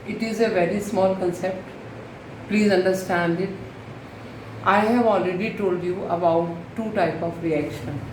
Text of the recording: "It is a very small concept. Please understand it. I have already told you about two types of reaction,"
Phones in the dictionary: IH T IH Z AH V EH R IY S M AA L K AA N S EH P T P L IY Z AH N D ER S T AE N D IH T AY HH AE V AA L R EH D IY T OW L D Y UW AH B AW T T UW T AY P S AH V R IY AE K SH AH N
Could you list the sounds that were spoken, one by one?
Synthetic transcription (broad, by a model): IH T IH Z AH V EH R IY S M AA L K AA N S EH P T P L IY Z AH N D ER S T AE N D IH T AY HH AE V AA L R EH D IY T OW L D Y UW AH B AW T T UW T AY P AH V R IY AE K SH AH N